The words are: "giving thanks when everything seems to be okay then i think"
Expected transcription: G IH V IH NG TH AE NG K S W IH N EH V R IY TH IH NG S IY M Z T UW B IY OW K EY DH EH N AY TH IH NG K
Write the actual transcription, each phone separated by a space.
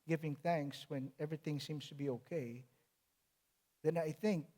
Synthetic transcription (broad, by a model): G IH V IH NG TH AE NG K S W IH N EH V R IY TH IH NG S IY M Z T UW B IY OW K EY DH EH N AY TH IH NG K